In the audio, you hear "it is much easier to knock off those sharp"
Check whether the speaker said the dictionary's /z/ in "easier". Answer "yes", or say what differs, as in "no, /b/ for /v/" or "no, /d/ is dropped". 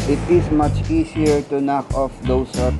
no, /s/ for /z/